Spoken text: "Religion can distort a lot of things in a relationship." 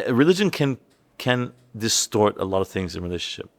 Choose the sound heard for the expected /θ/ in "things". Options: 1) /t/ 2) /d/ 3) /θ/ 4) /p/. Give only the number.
3